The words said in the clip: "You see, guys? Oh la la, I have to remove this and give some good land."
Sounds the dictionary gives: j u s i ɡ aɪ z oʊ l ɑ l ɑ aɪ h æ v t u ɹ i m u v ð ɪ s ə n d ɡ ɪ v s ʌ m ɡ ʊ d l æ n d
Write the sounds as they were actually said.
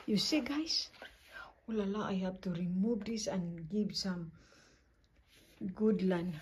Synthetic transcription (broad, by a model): j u s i ɡ aɪ s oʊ l ɑ l ɑ aɪ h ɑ p t u ɹ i m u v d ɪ s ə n ɡ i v s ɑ m ɡ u d l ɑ n